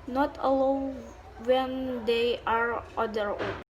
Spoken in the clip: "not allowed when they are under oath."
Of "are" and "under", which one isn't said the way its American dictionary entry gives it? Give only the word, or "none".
under